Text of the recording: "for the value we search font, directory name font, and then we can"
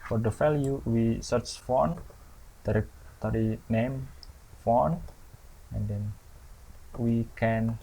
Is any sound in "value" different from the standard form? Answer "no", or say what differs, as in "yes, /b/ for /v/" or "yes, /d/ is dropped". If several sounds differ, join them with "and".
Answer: yes, /f/ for /v/